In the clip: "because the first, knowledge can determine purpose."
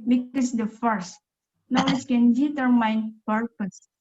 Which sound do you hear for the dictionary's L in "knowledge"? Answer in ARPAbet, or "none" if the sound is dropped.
W